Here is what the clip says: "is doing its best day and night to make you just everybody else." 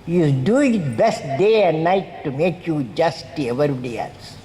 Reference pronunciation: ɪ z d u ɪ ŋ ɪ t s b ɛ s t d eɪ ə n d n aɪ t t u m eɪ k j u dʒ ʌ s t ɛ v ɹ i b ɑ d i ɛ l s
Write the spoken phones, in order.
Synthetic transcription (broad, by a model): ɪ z d u ɪ ŋ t b ɛ s t d eɪ ə n d n aɪ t t u m eɪ k j u dʒ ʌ s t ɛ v i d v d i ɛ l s